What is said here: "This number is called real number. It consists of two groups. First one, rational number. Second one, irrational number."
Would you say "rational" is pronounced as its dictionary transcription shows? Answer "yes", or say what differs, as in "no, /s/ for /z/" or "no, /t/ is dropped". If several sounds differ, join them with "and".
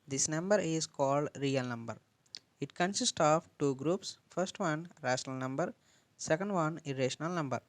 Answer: yes